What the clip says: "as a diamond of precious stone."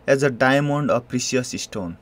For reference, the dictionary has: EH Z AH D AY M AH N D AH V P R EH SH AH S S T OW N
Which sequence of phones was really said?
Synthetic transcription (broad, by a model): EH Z AH D AY M AH N D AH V P R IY S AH S S T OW N